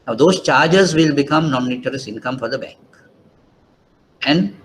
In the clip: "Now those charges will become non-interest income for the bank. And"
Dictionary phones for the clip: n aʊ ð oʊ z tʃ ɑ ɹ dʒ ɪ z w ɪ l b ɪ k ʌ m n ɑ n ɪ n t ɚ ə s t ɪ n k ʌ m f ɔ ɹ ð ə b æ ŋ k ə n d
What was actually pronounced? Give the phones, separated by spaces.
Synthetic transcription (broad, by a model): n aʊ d oʊ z tʃ ɑ ɹ dʒ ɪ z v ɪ l b ɪ k ʌ m n ɑ n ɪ t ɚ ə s ɪ n k ʌ m f ɔ ɹ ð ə b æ ŋ k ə n d